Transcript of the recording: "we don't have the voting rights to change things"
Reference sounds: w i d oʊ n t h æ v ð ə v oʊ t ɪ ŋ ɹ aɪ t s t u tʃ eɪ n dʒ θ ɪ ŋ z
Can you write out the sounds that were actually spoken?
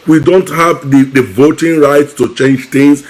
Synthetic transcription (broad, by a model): w i d oʊ n t h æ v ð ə v oʊ t ɪ ŋ ɹ aɪ t s t u tʃ eɪ n dʒ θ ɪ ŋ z